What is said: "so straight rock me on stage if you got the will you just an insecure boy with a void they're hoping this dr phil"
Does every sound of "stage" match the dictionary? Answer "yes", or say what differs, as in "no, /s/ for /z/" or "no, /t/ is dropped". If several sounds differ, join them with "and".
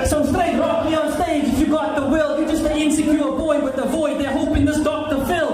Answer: no, /dʒ/ is dropped